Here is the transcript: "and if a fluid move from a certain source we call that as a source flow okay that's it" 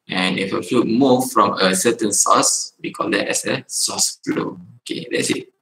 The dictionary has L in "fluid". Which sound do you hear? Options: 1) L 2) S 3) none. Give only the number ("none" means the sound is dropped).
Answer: 3